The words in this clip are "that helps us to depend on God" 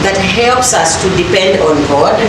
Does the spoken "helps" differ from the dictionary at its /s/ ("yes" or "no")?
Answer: no